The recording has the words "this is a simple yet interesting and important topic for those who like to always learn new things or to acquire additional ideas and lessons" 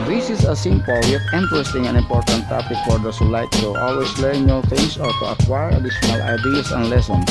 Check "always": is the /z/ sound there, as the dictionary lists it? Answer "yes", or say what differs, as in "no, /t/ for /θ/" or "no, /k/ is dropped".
no, /s/ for /z/